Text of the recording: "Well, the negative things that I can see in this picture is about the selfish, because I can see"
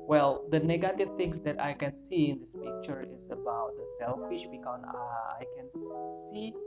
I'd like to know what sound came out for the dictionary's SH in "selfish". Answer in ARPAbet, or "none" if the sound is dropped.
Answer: SH